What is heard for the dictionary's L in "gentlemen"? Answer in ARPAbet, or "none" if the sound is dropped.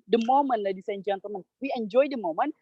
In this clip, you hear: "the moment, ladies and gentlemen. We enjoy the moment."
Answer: none